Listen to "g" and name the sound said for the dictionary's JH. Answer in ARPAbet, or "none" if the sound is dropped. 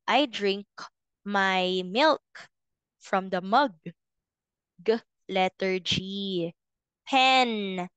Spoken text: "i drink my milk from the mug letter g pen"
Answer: JH